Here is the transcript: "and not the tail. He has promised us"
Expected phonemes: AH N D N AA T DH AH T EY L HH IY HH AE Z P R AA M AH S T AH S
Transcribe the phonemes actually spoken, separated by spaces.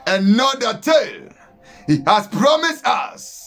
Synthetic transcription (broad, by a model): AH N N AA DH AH T EY L HH IY HH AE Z P R AA M AH S T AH S